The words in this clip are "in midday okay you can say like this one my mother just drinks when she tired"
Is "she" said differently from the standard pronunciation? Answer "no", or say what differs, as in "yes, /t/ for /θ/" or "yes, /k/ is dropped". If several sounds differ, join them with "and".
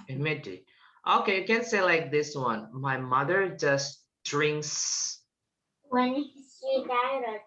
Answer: yes, /s/ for /ʃ/